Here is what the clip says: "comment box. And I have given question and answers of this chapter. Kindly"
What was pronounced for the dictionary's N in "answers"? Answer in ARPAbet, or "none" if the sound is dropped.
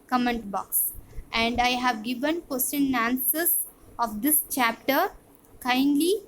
none